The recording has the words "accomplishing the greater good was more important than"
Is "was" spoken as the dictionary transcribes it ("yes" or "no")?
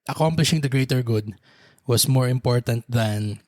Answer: no